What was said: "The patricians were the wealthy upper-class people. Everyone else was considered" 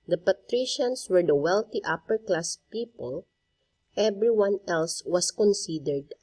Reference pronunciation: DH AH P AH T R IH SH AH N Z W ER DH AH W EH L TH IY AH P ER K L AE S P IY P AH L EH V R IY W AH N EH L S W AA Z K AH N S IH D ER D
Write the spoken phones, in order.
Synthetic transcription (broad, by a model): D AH P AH T R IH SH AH N S W ER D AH W EH L T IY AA P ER K L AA S P IY P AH L EH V R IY W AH N EH L S W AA S K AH N S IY D ER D